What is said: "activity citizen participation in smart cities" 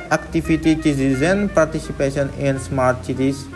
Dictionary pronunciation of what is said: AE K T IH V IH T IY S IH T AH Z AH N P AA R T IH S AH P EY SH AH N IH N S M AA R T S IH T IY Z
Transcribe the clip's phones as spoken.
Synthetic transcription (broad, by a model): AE K T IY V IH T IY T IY S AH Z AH N P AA R T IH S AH P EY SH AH N IH N S M AA R T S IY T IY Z